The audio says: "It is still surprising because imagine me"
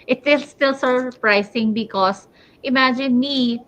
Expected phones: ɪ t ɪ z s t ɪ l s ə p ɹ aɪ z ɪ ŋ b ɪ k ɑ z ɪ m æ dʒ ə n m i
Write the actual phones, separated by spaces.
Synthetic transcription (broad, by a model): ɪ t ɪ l s t ɪ l s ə p ɹ aɪ s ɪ ŋ b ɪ k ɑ s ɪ m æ dʒ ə n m i